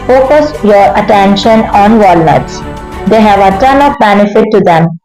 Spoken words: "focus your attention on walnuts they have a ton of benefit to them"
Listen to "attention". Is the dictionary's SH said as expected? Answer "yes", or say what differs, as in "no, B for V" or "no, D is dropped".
yes